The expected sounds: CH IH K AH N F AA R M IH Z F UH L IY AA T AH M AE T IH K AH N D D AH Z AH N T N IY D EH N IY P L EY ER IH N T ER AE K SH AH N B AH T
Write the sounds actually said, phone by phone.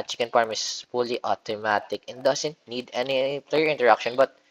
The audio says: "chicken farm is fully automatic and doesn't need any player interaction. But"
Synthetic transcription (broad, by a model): CH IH K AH N P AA R M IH S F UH L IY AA T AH M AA T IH K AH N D D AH S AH N T N IY D EH N IY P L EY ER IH N T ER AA K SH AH N B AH T